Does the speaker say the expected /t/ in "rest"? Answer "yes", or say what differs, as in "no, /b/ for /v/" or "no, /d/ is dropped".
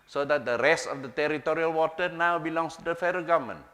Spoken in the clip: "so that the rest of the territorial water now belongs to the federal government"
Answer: yes